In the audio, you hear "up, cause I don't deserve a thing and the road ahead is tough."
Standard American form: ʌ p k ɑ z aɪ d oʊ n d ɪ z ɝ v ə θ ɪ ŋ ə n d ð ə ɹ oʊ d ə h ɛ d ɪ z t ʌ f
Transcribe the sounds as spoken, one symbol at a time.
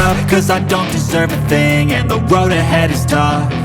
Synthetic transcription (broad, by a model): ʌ k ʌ z aɪ d oʊ n d ɪ z ɝ v ə θ ɪ ŋ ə n ð ə ɹ oʊ d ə h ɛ d ɪ z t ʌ